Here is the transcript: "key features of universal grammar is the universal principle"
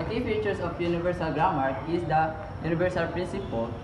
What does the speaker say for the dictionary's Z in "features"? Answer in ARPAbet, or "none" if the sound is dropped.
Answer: S